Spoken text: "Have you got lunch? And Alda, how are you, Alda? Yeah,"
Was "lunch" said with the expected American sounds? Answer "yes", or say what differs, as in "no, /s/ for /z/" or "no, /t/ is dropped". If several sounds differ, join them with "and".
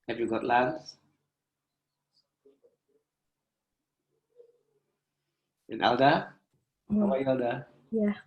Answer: no, /s/ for /tʃ/